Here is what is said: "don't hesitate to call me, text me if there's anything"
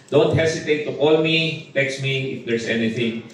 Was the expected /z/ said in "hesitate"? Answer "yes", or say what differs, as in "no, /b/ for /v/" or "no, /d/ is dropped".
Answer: no, /s/ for /z/